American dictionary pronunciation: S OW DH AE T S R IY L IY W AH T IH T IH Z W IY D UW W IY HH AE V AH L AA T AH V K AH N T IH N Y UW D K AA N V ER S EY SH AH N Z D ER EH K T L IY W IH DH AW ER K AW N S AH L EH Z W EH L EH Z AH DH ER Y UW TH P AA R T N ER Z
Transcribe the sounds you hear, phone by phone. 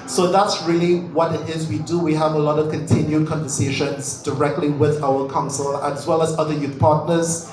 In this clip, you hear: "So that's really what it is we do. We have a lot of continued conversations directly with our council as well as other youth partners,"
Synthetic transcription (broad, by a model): S OW DH AE T S R IY L IY W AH T IH T IH Z W IY D UW W IY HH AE V AH L AA T AH V K AH N T IH N Y UW D K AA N V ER S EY SH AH N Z D ER EH K T L IY W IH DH AW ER K AW N S AH L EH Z W EH L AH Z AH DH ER Y UW TH P AA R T N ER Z